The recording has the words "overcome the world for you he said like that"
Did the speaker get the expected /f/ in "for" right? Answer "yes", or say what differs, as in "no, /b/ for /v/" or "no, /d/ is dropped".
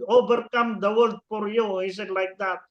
no, /p/ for /f/